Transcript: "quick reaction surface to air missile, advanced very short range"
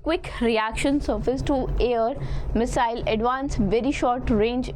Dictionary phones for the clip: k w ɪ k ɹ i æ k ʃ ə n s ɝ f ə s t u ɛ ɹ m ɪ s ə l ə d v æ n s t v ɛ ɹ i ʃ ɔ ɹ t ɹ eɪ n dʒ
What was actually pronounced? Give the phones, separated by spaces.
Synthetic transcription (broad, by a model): k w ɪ k ɹ i æ k ʃ ə n s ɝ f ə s t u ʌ ɹ m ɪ s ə l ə d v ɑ n s v ɛ ɹ i ʃ ɔ ɹ t ɹ eɪ n dʒ